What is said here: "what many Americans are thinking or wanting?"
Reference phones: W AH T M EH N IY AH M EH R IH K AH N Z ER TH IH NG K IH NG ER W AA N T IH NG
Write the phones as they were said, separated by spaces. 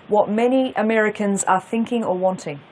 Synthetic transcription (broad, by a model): W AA T M EH N IY AH M EH R IH K AH N Z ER TH IH NG K IH NG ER W AA N T IH NG